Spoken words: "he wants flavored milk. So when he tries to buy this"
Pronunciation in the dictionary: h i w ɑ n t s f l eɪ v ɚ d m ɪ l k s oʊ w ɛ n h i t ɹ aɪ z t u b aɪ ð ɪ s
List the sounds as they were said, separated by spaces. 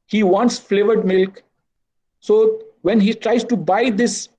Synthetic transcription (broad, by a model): h i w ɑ n t s f l eɪ v ɚ d m ɪ l k s oʊ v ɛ n h i t ɹ aɪ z t u b aɪ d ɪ s